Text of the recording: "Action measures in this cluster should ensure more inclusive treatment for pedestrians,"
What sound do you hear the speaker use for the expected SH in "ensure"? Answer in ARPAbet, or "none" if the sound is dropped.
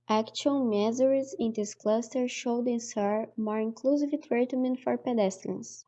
S